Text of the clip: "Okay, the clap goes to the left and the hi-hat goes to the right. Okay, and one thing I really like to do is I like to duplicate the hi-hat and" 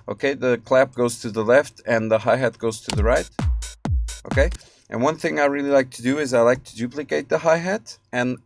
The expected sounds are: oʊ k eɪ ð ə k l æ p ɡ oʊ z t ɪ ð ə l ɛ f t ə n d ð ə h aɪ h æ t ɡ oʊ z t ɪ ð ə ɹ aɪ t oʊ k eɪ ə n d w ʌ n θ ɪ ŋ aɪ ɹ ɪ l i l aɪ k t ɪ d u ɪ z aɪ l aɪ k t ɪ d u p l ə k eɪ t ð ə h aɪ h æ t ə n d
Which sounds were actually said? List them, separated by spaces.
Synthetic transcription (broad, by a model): oʊ k eɪ ð ə k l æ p ɡ oʊ z t ɪ ð ə l ɛ f t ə n ð ə h aɪ h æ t ɡ oʊ z t ɪ ð ə ɹ aɪ t oʊ k eɪ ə n w ʌ n θ ɪ ŋ aɪ ɹ ɪ l i l aɪ k t ɪ d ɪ ɪ z aɪ l aɪ k t ɪ d u p l ə k eɪ t ð ə h aɪ h æ t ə n